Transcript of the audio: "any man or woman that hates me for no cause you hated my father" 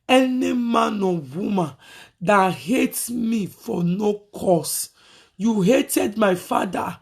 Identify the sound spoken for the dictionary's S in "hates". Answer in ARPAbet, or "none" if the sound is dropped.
none